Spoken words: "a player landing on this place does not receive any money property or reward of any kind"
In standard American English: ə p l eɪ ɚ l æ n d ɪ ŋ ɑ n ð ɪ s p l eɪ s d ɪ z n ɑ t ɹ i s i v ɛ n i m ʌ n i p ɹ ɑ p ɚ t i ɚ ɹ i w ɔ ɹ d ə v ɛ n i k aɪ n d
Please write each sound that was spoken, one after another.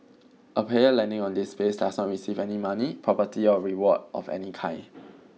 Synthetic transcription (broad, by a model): ə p eɪ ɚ l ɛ n d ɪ ŋ ɑ n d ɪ s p eɪ s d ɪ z n ɑ t ɹ i s i v ɛ n i m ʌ n i p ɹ ɑ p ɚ t i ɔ ɹ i w ɔ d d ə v ɛ n i k aɪ n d